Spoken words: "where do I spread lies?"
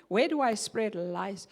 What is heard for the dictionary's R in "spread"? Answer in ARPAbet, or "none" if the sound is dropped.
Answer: R